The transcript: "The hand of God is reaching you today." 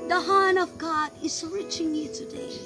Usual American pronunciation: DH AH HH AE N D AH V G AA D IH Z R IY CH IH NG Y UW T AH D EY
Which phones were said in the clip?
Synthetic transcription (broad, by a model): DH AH HH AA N AH V G AA D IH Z R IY CH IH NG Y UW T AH D EY